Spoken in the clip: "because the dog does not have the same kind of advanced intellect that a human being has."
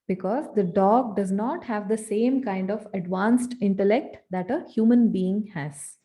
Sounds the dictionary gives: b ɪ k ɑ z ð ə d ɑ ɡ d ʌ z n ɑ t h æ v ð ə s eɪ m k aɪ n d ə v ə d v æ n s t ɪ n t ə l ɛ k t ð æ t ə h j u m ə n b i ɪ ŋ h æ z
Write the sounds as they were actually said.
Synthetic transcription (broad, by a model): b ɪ k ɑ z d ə d ɑ ɡ d ʌ z n ɑ t h æ v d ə s eɪ m k aɪ n d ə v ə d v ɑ n s t ɪ n t ə l ɛ k t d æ t ə h j u m ə n b i ɪ ŋ h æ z